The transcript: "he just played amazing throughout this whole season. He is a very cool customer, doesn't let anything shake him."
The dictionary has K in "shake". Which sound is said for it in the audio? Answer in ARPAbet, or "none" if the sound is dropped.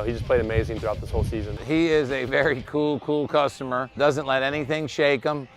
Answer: K